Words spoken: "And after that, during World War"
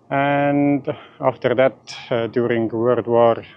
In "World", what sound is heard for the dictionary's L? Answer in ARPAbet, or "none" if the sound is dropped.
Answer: none